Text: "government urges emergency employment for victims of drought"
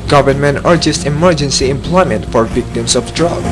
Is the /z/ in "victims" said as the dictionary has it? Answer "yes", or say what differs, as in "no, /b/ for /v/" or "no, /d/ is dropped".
no, /s/ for /z/